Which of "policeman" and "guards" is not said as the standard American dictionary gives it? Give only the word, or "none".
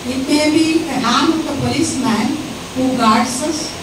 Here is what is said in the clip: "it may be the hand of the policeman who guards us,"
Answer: guards